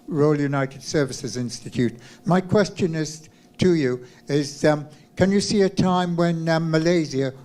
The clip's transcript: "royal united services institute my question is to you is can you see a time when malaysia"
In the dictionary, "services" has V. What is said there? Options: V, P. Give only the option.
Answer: V